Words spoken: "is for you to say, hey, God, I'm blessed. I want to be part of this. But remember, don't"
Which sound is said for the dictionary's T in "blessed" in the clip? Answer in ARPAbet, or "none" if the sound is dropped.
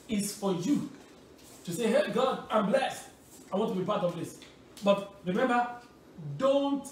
T